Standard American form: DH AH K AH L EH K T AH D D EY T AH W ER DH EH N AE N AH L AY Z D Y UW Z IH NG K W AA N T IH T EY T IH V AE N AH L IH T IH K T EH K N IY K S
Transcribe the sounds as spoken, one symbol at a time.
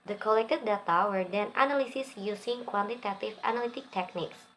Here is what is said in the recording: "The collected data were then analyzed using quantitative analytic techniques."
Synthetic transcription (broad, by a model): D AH K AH L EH K T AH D D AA T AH W ER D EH N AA N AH L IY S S Y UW S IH NG K W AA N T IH T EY T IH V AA N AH L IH T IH K T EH K N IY K S